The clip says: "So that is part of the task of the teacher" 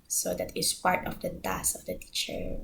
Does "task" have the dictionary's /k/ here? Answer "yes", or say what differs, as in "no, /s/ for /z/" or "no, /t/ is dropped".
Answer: no, /k/ is dropped